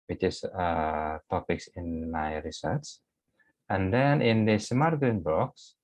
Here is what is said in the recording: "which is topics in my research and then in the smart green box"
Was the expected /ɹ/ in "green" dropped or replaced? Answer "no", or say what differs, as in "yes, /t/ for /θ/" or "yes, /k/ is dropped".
yes, /ɹ/ is dropped